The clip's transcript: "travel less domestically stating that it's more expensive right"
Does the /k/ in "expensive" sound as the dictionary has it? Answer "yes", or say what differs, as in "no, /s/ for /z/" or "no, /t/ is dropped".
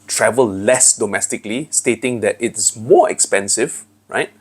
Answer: yes